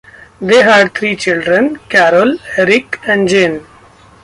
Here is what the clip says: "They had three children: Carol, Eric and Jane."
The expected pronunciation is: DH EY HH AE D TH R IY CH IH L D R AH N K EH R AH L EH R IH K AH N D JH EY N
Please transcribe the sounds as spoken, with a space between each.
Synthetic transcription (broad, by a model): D EY HH AE D T R IY CH IH L D R AH N K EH R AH L EH R IH K AH N D JH EY N